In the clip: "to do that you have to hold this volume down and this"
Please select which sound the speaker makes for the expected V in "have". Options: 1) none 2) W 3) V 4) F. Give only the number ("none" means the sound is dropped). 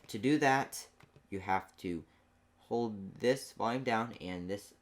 4